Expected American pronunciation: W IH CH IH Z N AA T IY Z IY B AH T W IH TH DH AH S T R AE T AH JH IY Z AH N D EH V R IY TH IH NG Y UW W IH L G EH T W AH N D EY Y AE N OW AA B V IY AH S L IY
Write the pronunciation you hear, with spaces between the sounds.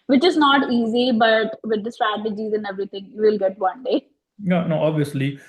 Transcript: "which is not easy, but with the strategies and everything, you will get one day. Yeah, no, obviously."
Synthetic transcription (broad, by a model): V IH CH IH Z N AA T IY Z IY B AH T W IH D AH S T R AE T AH JH IY Z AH N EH V R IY T IH NG Y UW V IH L G EH T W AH N D EY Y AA N OW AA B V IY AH S L IY